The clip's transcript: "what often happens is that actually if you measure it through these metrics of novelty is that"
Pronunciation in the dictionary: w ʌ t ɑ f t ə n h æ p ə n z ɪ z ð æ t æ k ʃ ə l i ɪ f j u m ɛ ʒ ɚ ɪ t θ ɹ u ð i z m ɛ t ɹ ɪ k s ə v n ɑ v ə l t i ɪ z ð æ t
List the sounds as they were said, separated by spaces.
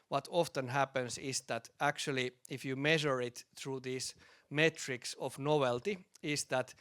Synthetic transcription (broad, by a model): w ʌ t ɑ f t ə n h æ p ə n s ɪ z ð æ t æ k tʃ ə l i ɪ f j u m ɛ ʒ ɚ ɪ t θ ɹ u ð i s m ɛ t ɹ ɪ k s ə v n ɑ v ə l t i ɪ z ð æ t